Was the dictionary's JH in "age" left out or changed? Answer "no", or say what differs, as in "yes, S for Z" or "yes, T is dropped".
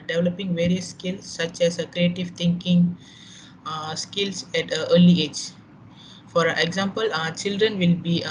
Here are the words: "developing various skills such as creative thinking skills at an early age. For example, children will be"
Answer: no